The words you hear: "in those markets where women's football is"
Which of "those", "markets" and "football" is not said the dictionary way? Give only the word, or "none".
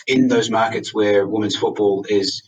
none